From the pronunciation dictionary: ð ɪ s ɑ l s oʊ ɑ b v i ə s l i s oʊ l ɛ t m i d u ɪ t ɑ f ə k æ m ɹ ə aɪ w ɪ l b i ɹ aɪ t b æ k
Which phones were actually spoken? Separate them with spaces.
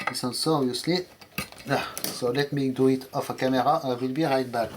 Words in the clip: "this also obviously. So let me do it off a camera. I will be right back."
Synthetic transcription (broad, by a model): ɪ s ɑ n s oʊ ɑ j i s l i s oʊ l ɛ t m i d u ɪ t ɑ f ə k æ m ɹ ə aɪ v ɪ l b i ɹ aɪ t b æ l